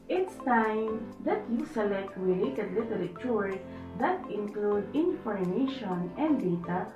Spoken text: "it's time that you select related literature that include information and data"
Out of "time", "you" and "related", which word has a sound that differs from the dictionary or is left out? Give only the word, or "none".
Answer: related